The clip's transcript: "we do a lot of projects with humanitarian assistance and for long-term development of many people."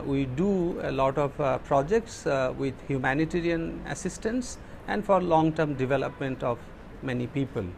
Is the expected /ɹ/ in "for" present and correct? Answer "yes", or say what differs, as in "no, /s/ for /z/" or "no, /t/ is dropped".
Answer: yes